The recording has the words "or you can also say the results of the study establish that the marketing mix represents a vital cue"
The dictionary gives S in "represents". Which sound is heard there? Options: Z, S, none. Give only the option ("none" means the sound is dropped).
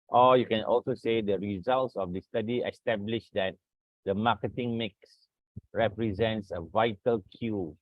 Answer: S